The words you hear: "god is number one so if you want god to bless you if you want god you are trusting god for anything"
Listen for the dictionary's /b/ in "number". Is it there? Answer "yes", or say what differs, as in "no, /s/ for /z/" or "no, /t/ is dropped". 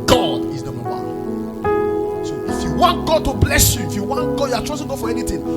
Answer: no, /b/ is dropped